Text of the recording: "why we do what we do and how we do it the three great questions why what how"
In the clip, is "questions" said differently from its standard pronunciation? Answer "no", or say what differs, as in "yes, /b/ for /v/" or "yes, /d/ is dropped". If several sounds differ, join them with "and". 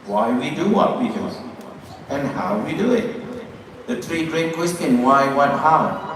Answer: yes, /z/ is dropped